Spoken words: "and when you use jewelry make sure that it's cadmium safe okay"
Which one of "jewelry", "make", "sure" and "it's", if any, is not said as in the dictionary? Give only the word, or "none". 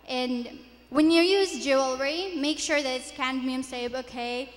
none